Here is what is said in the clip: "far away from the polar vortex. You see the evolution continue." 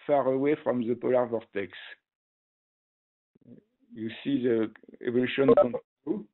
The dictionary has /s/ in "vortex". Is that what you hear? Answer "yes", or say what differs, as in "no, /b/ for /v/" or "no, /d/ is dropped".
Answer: yes